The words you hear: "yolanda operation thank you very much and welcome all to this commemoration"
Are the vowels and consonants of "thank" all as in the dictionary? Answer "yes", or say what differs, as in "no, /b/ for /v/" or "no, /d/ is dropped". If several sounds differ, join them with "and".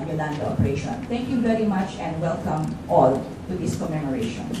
no, /t/ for /θ/